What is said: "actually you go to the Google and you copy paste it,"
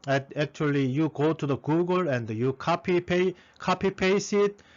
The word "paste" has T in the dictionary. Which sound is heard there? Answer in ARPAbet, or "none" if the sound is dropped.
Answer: none